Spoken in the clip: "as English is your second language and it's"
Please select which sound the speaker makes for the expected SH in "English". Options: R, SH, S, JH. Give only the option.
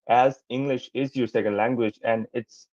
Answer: SH